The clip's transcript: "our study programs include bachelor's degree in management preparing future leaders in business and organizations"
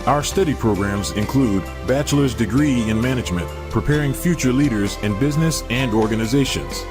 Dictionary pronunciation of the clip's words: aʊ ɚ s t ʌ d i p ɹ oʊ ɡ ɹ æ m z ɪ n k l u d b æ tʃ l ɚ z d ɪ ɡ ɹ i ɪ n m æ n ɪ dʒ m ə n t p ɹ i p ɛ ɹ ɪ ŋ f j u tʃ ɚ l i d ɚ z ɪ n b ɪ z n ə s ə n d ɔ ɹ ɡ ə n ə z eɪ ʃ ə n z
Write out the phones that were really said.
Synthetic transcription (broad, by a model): aʊ ɚ s t ʌ d i p ɹ oʊ ɡ ɹ æ m z ɪ n k l u d b æ tʃ l ɚ z d ɪ ɡ ɹ i ɪ n m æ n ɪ dʒ m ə n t p ɹ i p ɛ ɹ ɪ ŋ f j u tʃ ɚ l i d ɚ z ɪ n b ɪ z n ə s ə n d ɔ ɹ ɡ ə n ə z eɪ ʃ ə n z